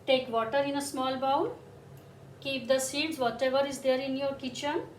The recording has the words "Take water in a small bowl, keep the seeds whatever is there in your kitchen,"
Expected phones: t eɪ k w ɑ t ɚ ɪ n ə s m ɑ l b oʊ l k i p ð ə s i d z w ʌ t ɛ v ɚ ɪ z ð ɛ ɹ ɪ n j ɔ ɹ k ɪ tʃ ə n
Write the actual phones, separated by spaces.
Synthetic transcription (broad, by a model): t eɪ k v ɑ t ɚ ɪ n ə s m ɑ l b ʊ n k i p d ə s i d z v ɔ t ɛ v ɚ ɪ z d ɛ ɹ ɪ n j ɔ ɹ k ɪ tʃ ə n